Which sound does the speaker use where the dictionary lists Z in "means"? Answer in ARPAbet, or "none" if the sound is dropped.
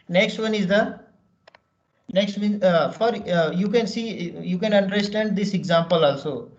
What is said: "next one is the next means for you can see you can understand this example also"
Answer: none